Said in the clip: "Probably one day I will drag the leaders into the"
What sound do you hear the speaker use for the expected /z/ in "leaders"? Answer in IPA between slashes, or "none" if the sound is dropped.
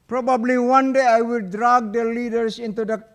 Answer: /s/